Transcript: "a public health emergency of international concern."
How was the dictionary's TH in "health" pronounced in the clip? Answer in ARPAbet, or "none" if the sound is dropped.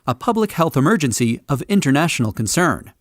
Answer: TH